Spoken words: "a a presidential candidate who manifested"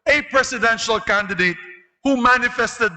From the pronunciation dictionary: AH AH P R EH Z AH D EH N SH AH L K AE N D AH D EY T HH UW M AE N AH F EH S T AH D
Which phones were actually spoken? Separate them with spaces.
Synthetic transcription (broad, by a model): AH P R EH S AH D EH N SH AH L K AE N D AH D EY T HH UW M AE N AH F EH S T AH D